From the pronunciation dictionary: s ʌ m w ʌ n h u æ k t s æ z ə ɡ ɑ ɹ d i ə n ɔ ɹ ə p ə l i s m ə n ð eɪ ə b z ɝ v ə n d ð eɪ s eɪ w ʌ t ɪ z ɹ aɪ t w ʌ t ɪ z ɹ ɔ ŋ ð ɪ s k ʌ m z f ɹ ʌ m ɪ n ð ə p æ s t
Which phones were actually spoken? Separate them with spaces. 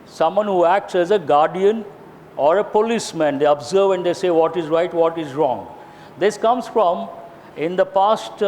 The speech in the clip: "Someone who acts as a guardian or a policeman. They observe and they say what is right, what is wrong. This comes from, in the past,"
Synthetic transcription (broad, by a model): s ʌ m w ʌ n h u æ k t s æ z ə ɡ ɑ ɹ d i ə n ɔ ɹ ə p ə l i s m ə n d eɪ ə b z ɝ v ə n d eɪ s eɪ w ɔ t ɪ z ɹ aɪ t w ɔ t ɪ z ɹ ɔ ŋ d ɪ s k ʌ m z f ɹ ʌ m ɪ n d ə p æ s t